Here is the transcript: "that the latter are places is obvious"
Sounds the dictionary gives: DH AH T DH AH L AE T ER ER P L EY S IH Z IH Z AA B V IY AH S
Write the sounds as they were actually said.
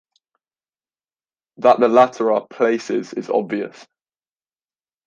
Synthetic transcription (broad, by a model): DH AH T DH AH L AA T ER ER P L EY S IH Z IH Z AA B V IY AH S